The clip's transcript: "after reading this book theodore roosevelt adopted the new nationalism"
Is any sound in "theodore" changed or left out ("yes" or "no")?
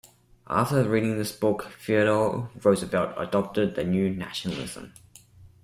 yes